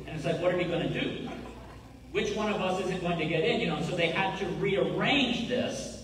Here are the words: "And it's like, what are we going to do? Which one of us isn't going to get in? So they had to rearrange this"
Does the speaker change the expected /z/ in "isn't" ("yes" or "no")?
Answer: no